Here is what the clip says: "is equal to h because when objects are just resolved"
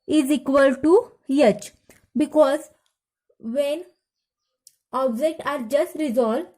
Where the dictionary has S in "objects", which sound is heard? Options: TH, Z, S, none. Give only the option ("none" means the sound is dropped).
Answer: none